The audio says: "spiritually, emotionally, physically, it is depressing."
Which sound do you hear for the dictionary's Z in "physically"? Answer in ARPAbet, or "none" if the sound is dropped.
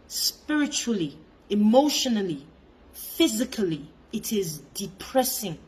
Z